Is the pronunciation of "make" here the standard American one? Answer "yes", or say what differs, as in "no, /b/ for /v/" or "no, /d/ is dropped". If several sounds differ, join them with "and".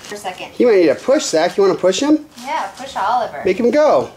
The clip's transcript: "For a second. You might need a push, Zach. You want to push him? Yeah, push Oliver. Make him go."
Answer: yes